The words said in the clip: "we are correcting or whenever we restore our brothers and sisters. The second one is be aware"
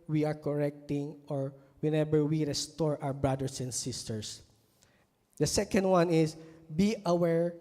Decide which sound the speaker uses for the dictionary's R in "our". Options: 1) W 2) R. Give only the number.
1